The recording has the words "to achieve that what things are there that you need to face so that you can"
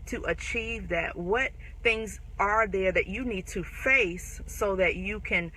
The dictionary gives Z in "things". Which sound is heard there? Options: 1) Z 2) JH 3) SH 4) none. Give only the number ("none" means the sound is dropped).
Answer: 1